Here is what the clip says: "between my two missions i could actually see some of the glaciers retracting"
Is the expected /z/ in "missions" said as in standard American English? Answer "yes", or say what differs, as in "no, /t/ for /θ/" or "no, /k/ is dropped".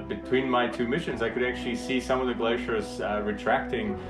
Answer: yes